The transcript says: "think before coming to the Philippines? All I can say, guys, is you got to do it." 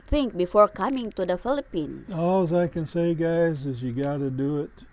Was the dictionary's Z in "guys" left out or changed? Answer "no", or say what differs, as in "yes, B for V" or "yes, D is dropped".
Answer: no